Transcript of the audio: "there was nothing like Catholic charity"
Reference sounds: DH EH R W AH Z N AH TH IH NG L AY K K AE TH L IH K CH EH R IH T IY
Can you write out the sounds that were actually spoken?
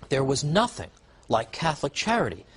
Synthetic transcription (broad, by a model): DH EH R W AH Z N AH TH IH NG L AY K K AE TH L IH K CH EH R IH T IY